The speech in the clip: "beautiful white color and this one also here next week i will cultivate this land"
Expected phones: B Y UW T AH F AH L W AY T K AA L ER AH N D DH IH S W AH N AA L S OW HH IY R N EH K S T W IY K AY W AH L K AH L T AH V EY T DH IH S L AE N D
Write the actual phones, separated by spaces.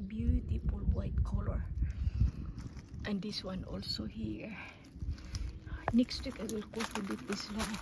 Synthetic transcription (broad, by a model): B Y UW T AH F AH L W AY T K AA L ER AH N D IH S W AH N AA L S OW HH IY R N EH K S T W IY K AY W AH L K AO T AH B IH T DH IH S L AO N